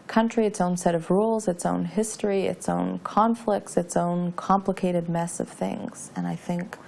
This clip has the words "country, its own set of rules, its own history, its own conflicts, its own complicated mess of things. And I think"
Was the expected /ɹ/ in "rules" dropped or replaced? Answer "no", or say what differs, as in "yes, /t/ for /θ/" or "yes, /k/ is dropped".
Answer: no